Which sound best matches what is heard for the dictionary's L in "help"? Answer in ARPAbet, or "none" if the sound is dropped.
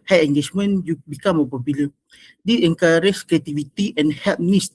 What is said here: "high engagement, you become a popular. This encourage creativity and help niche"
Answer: none